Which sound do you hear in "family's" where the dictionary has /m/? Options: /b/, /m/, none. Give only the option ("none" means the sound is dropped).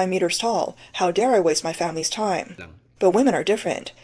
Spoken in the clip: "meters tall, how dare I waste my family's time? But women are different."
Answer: /m/